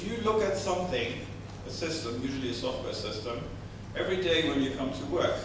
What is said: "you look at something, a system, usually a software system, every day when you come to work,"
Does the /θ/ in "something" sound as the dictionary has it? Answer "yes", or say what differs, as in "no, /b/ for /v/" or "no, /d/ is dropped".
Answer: yes